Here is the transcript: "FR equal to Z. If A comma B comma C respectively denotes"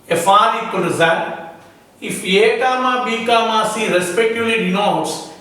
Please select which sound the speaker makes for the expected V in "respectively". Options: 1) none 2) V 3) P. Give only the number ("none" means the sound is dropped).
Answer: 1